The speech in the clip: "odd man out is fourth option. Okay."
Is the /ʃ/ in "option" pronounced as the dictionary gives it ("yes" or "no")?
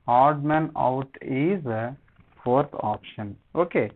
yes